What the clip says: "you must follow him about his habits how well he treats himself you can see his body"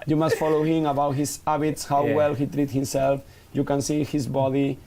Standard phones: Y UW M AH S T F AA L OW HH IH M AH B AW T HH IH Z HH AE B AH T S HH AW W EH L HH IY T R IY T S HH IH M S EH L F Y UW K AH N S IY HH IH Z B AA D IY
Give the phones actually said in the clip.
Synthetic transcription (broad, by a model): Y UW M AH S T F AA L OW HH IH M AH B AW T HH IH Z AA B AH T S HH AW W EH L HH IY T R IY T HH IH M S EH L F Y UW K AH N S IY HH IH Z B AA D IY